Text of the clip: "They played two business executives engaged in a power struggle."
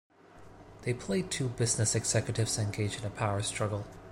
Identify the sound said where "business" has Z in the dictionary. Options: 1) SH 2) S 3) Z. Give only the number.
3